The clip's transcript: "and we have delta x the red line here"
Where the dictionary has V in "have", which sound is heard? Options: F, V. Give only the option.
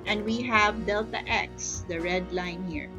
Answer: V